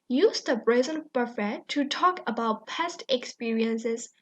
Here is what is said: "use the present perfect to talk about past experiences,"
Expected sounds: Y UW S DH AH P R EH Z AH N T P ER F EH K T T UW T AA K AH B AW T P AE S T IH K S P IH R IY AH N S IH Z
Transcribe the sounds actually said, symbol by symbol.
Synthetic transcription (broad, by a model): Y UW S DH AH B R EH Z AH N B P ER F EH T T UW T AA K AH B AW T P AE S T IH K S P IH R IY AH N S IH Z